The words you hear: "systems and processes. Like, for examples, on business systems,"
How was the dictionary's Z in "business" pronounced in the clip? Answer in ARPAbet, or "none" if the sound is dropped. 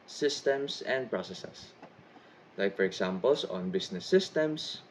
S